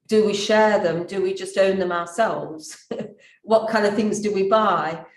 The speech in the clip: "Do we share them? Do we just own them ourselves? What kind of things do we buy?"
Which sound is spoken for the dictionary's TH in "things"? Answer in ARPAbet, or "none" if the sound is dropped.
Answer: TH